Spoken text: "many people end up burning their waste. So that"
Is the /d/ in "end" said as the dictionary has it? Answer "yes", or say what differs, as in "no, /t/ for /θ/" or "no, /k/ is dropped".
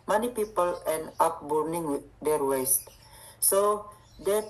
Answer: no, /d/ is dropped